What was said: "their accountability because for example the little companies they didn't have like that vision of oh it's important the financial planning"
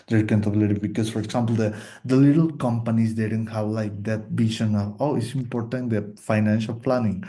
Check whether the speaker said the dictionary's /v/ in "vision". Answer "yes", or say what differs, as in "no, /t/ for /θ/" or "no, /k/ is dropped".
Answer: no, /b/ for /v/